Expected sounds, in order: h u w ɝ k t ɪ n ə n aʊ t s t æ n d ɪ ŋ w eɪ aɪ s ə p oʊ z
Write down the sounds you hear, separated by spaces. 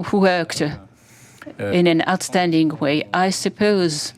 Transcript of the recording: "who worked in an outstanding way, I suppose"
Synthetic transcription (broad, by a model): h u w ɝ k t ɪ n ə n aʊ t s t æ n d ɪ ŋ w eɪ aɪ s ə p oʊ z